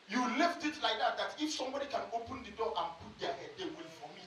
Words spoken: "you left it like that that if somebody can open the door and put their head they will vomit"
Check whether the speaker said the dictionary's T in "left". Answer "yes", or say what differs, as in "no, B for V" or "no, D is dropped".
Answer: yes